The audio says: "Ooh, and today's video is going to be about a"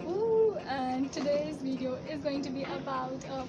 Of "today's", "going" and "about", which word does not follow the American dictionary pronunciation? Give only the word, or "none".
none